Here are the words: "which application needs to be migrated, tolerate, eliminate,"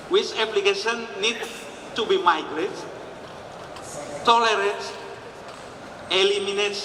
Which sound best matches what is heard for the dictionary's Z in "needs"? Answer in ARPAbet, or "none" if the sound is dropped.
none